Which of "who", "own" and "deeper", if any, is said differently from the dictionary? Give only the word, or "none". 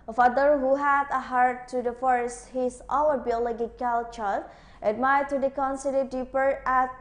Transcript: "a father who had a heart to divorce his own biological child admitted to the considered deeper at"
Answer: own